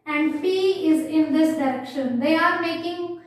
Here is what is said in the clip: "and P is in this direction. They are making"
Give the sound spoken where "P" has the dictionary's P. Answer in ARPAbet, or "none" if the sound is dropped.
F